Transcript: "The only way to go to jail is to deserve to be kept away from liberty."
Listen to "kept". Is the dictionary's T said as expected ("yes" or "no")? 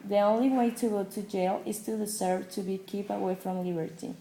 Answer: no